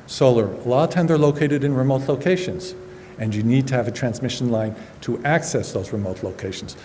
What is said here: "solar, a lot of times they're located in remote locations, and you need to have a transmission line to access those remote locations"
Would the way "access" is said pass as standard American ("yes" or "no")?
yes